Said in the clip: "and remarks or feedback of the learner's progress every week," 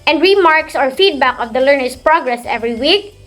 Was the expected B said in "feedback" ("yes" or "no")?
yes